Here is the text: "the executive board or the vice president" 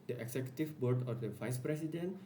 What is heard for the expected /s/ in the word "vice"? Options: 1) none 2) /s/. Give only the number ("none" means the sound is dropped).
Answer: 2